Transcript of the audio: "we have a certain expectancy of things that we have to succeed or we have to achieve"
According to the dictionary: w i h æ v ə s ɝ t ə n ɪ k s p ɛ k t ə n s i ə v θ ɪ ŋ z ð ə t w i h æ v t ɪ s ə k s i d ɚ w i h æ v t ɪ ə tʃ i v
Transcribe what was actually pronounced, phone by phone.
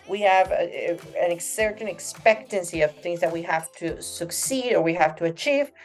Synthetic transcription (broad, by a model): w i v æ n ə s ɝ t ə n ɪ k s p ɛ k t ə n s i ə v θ ɪ ŋ z ð ə t w i h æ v t ɪ s ə k s i d ɚ w i h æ f t ɪ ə tʃ i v